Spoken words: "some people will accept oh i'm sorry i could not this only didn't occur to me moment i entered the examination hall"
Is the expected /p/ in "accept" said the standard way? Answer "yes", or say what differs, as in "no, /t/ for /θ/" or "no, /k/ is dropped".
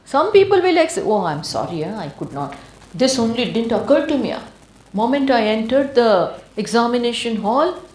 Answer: no, /p/ is dropped